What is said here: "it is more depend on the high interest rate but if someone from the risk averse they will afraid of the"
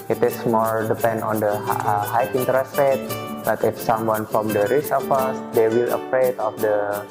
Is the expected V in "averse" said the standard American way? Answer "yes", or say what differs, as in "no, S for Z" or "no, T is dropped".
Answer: no, F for V